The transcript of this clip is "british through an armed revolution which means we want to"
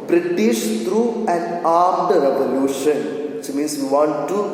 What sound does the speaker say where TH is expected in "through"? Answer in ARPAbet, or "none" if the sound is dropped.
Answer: T